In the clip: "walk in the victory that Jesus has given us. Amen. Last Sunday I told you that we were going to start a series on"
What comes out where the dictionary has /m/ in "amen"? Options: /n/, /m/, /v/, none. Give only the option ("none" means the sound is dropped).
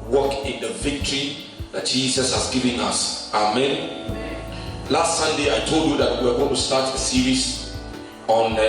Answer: /m/